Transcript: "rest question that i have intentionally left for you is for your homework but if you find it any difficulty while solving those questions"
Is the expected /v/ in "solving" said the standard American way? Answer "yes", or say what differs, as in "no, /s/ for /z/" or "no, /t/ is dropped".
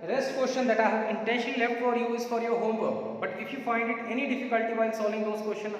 no, /v/ is dropped